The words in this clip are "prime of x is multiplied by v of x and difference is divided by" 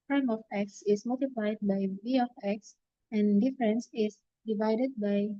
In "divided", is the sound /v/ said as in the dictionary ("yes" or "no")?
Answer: yes